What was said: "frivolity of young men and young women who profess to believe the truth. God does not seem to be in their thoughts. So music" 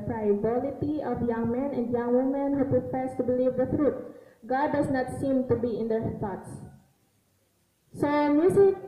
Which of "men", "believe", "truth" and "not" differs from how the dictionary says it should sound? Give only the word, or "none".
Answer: truth